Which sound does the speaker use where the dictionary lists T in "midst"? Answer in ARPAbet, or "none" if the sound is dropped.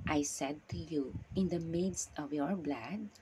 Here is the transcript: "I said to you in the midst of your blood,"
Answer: T